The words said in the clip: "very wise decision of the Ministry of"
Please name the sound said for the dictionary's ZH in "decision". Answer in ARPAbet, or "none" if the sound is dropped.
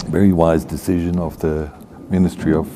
ZH